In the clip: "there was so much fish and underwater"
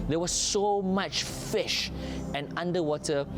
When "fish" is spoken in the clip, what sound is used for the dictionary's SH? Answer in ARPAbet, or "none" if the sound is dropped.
SH